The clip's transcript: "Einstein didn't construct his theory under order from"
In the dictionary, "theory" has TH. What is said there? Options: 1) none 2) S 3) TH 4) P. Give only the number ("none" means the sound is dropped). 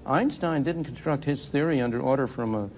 3